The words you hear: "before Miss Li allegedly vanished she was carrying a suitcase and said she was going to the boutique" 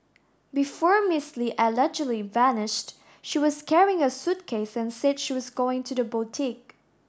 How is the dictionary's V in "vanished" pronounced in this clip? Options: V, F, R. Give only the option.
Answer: V